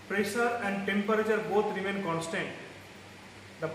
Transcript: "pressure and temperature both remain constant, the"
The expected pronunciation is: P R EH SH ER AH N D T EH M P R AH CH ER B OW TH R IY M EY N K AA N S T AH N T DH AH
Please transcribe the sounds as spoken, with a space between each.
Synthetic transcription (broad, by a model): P R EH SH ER AH N D T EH M P R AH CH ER B OW T R IY M EY N K AA N S T AH N T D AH